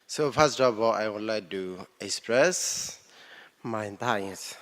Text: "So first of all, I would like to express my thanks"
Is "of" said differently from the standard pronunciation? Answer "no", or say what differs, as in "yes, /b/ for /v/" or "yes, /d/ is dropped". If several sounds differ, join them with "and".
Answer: yes, /b/ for /v/